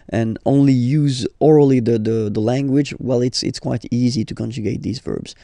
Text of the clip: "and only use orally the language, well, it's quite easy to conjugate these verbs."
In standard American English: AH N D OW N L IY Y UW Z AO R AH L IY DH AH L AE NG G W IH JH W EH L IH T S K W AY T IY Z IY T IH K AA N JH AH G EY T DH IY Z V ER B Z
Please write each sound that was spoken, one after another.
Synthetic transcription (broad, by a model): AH N OW N L IY Y UW Z AO R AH L IY DH AH L AE NG G W IH JH W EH L IH T S K W AY T IY Z IY T IH K AA N JH AH G EY T DH IY Z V ER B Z